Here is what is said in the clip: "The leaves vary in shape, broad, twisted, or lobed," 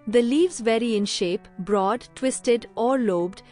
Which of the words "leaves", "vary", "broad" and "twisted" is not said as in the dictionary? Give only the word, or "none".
none